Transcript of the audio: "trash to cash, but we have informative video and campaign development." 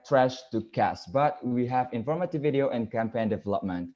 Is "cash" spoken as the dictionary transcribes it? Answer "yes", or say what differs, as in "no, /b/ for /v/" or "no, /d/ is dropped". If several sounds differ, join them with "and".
no, /s/ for /ʃ/